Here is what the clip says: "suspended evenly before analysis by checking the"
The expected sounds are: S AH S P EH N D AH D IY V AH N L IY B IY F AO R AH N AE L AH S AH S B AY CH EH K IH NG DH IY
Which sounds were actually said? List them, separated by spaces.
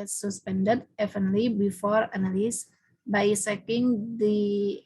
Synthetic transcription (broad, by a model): S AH S P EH N D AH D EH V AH N L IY B IY F AO R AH N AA L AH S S B AY S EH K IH NG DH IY